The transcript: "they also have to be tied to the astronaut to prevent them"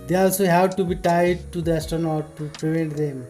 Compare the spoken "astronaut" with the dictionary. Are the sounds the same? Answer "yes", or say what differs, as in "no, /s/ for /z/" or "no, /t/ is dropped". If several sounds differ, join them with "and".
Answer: no, /ɹ/ is dropped